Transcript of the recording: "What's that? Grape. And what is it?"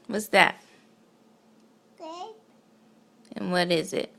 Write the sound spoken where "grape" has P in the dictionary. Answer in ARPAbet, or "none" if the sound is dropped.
none